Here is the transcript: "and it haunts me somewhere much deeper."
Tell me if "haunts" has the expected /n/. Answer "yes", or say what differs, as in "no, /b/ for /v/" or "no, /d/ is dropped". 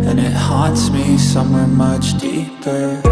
no, /n/ is dropped